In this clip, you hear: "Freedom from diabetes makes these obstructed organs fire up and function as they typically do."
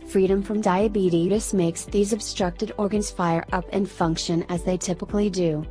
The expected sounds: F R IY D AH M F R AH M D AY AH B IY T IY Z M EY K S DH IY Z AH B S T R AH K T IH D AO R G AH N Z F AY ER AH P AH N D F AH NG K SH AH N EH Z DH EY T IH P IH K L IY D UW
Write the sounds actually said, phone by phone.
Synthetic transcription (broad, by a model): F R IY D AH M F R AH M D AY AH B IY T IY S M EY K S DH IY Z AH B S T R AH K T IH D AO R G AH N Z F AY ER AH P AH N F AH NG K SH AH N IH Z DH EY T IH P IH K L IY D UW